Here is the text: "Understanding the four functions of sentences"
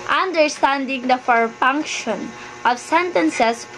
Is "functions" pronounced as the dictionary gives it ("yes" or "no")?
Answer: no